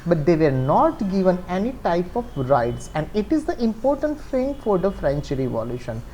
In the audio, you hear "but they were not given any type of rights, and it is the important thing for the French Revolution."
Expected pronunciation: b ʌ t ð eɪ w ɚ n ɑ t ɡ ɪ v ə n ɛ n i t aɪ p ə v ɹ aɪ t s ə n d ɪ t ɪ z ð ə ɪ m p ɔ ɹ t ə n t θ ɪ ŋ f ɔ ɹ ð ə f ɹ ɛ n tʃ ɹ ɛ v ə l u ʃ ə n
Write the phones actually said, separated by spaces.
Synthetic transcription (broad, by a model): b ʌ t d eɪ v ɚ n ɑ t ɡ ɪ v ə n ɛ n i t aɪ p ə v ɹ aɪ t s ə n d ɪ t ɪ z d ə ɪ m p ɔ ɹ t ə n t f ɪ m f ɔ ɹ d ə f ɹ ɛ n tʃ ɹ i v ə l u ʃ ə n